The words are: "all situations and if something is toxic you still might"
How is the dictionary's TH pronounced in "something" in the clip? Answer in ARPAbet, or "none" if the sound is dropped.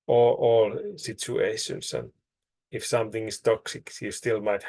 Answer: TH